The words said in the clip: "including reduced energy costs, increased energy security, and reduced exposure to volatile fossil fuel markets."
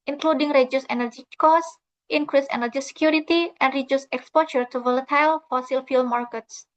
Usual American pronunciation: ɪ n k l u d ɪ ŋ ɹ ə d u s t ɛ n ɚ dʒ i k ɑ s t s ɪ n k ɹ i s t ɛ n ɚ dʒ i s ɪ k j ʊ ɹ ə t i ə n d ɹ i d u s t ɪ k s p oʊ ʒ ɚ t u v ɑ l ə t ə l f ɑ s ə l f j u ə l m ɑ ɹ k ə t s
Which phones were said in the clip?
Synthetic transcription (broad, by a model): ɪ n k l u d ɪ ŋ ɹ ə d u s ɛ n ɚ dʒ i k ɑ s t ɪ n k ɹ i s ɛ n ɚ dʒ i s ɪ k j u ɹ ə t i ə n d ɹ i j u s ɪ k s p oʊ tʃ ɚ t u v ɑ l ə t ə l f ɑ s ə l f j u l m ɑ ɹ k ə t s